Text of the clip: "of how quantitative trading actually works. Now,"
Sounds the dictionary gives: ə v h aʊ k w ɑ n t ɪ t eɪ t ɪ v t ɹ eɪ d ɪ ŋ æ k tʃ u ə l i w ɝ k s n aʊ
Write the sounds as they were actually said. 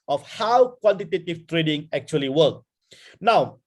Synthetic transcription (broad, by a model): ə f h aʊ k w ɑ n t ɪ t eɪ t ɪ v t ɹ eɪ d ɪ ŋ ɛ k tʃ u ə l i w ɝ k n aʊ